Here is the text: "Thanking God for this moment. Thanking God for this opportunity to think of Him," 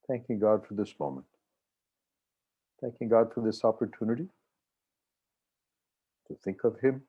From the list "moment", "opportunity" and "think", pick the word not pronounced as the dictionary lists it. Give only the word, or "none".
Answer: none